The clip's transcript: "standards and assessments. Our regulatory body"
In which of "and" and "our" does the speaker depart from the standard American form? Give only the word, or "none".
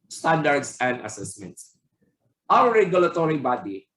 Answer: our